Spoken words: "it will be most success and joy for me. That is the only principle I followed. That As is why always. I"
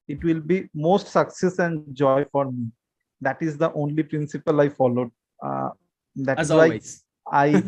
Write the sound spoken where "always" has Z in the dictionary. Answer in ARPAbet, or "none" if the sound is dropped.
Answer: none